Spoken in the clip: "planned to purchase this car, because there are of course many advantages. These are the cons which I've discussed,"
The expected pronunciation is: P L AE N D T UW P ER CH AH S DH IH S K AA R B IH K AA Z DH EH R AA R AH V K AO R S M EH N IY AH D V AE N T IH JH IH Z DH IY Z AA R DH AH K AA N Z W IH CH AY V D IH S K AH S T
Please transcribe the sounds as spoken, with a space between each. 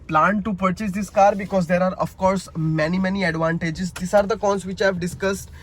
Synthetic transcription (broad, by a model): P L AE N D T UW P ER CH AH S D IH S K AA R B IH K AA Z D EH R AA R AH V K AO R S M EH N IY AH D V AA N T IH JH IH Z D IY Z AA R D AH K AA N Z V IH CH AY V D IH S K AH S T